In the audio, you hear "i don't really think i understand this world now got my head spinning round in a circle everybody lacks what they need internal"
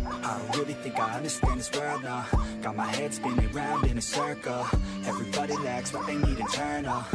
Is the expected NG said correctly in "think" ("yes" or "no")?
yes